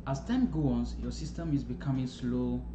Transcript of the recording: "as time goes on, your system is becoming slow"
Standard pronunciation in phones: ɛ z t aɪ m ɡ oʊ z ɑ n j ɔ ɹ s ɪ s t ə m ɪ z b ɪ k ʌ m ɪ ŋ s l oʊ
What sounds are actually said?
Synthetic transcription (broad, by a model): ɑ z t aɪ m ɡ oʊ ɑ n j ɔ s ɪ s t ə m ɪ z b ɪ k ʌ m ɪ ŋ s l oʊ